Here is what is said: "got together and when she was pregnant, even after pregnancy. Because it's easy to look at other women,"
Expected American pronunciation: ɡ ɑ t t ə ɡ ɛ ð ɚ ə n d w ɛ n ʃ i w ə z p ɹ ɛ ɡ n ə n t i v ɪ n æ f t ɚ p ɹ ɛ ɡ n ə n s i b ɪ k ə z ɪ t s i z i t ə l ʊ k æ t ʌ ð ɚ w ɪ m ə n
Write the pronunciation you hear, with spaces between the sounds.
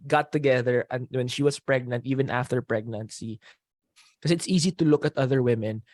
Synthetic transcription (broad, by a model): ɡ ɑ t t ə ɡ ɛ ð ɚ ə n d w ɛ n ʃ i w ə s p ɹ ɛ ɡ n ə n t i v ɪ n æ f t ɚ p ɹ ɛ ɡ n ə n s i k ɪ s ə ɪ t s i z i t ə l ʊ k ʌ t ʌ ð ɚ w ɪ m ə n